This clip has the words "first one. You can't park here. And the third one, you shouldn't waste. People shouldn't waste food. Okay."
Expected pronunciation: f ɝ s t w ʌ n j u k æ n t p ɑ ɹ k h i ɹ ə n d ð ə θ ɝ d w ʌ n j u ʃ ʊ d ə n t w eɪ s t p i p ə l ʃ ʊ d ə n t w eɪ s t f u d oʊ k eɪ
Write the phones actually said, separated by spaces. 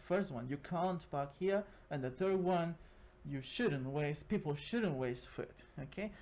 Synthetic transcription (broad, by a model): f ɝ s t w ʌ n j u k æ n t b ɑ k h i ɹ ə n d ð ə θ ɝ d w ʌ n j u ʃ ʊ d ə n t w eɪ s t p i p l ʃ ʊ d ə n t w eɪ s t f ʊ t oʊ k eɪ